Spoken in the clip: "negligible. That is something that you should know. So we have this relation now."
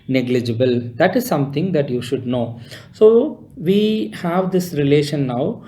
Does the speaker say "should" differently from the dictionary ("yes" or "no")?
no